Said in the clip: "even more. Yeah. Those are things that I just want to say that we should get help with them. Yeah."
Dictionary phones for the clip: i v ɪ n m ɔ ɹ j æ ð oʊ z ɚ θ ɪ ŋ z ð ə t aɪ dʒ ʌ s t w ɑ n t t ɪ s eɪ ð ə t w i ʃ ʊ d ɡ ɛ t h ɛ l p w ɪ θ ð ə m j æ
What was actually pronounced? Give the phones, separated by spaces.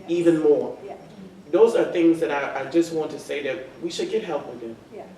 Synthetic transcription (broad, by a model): i v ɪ n m ɔ ɹ ð oʊ z ɚ θ ɪ ŋ z ð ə t aɪ dʒ ʌ s t w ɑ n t t ɪ s eɪ ð ə t w i ʃ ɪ d ɡ ɛ t h ɛ l p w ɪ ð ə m